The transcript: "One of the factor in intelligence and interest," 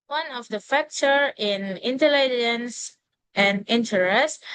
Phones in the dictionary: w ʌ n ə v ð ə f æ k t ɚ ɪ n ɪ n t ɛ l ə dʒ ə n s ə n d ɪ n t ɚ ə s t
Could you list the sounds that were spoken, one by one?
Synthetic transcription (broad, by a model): w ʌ n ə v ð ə f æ k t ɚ ɪ n ɪ n t ɛ l ə dʒ ə n s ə n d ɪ n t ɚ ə s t